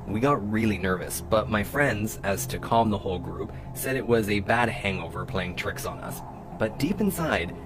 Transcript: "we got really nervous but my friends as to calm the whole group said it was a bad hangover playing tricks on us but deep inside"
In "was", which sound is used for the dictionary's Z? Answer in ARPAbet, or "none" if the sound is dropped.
Z